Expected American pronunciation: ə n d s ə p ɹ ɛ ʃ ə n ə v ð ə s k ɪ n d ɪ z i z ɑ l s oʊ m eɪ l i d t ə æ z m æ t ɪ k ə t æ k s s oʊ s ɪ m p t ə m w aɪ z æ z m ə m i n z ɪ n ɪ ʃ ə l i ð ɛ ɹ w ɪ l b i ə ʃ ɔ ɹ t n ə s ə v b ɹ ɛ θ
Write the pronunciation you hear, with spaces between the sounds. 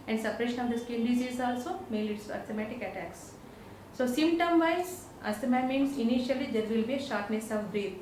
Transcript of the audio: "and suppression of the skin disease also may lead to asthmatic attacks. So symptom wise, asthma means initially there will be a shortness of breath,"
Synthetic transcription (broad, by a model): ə n d s ə p ɹ ɛ ʃ ə n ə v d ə s k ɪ l d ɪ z i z ɑ l s oʊ m eɪ l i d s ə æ m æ t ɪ k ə t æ k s s oʊ s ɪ m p t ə m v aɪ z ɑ s m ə m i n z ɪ n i ʃ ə l i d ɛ ɹ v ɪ l b i ə ʃ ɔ ɹ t n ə s ə v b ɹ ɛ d